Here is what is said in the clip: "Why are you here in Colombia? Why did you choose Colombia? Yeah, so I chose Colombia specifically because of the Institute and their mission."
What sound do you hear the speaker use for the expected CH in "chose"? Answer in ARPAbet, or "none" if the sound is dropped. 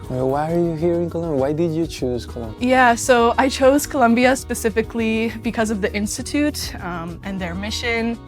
CH